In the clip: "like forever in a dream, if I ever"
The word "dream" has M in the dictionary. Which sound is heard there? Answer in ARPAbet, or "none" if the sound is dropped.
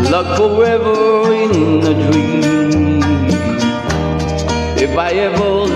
none